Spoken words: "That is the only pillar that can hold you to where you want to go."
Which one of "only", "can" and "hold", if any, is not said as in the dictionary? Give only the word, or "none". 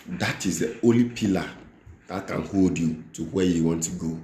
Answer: only